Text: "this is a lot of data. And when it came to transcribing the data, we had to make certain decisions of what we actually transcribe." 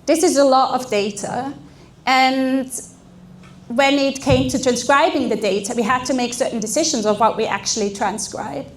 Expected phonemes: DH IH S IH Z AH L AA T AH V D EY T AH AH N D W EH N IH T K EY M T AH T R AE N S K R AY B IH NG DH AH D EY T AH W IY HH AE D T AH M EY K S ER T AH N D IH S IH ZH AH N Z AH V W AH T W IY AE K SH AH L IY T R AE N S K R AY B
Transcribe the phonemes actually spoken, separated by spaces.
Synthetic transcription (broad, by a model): DH IH S IH Z AH L AA T AH V D EY T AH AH N W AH N IH T K EY M T AH T R AE N S K R AY B IH NG DH AH D EY T AH W IY HH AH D T AH M EY K S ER T N D IH S IH ZH AH N Z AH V W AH T W IY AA K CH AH L IY T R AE N S K R AY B